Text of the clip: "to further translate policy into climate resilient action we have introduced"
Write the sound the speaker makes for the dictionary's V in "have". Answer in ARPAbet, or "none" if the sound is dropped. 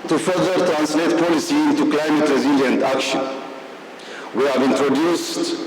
V